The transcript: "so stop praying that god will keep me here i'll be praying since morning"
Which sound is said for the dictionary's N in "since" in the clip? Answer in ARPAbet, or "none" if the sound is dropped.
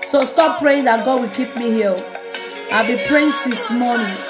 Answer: none